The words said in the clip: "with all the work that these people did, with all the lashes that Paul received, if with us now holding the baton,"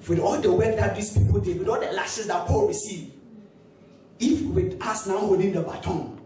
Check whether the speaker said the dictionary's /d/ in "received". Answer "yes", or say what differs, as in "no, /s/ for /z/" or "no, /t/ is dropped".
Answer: no, /d/ is dropped